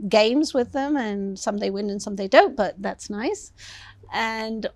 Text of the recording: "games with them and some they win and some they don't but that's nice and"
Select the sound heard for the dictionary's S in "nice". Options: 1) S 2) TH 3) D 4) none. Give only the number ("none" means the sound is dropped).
1